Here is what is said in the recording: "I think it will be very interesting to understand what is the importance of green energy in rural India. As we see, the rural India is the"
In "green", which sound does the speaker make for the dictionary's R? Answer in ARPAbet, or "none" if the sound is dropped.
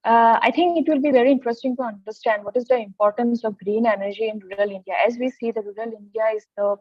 R